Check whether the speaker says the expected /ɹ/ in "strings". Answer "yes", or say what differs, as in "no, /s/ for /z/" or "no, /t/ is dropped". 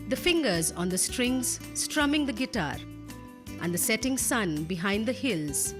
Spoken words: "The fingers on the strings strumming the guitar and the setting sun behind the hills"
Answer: yes